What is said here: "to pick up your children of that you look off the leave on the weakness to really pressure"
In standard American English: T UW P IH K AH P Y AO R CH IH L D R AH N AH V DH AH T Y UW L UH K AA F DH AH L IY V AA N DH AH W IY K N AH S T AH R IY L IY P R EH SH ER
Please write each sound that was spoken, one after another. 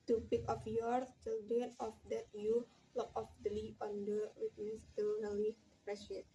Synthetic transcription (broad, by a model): T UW P IH K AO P Y AO R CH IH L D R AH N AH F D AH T Y UW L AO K AA F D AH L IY AA N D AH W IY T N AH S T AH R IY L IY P R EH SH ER